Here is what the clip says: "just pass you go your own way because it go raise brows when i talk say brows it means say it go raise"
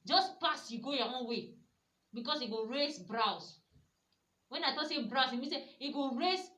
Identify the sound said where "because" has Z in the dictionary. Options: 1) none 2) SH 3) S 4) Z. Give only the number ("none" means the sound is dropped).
3